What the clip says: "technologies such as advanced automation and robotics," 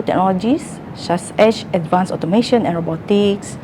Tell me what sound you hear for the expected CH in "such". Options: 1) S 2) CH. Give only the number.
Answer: 1